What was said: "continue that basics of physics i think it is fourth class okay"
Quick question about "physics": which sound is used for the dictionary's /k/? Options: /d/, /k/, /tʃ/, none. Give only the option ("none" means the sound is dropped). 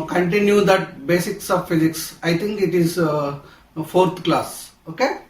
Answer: /k/